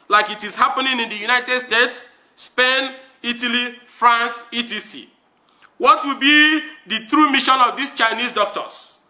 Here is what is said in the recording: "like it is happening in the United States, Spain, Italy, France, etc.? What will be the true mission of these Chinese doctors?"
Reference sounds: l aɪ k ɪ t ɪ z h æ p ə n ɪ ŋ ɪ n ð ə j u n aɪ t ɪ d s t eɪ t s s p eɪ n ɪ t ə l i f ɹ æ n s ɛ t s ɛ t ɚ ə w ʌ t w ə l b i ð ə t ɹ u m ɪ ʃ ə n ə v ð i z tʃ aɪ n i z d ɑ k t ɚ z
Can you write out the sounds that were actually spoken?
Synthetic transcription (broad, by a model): l aɪ k ɪ t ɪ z h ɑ p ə n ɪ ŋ ɪ n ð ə j u n aɪ t ɪ d s t eɪ t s s p eɪ n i t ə l i f ɹ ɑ n s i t i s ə w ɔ t w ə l b i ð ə t ɹ u m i ʃ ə n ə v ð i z tʃ aɪ n i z d ɑ k t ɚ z